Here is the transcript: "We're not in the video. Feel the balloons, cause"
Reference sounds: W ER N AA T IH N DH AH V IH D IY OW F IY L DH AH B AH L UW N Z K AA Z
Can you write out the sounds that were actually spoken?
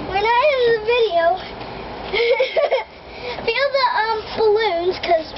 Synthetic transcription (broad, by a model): W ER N AA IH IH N DH AH V IH D IY OW F IY L DH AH B AH L UW N Z K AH Z